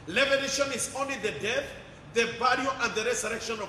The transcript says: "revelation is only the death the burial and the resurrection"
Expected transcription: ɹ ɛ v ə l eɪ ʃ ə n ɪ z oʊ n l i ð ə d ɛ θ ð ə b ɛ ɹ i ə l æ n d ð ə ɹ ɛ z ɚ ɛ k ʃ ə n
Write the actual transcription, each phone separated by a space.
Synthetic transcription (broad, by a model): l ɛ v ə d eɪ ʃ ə n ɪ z oʊ n l i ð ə d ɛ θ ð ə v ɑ l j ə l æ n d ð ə ɹ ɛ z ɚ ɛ k ʃ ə n